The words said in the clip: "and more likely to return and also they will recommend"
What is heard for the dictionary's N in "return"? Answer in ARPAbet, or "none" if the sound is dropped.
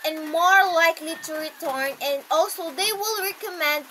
N